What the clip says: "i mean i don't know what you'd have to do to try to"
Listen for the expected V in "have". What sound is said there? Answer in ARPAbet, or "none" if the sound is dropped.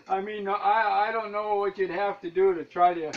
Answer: F